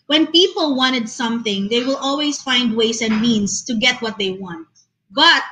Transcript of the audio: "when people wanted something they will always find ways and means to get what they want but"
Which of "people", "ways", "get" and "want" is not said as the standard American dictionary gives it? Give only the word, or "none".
ways